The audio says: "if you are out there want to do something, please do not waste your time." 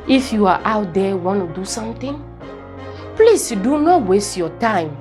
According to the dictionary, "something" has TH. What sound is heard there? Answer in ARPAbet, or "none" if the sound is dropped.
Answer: T